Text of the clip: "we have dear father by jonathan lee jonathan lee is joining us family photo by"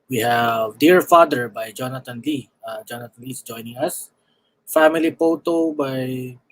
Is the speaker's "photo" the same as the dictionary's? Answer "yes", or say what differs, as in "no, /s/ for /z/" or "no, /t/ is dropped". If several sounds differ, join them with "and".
no, /p/ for /f/